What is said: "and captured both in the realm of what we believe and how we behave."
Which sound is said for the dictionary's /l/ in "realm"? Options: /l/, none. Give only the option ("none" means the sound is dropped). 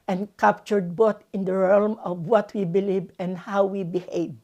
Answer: /l/